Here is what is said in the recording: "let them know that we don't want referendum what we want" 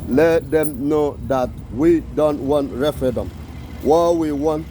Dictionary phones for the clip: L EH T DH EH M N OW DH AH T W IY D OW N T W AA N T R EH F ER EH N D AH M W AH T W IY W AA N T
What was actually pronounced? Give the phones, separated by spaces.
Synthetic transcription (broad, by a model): L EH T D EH M N OW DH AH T W IY D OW N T W AA N T R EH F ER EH D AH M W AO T W IY W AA N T